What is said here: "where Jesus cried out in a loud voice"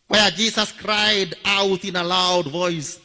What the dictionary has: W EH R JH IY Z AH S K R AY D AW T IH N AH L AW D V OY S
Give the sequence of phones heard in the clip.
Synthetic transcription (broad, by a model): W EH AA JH IY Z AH S K R AY D AW T IH N AH L AW D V OY S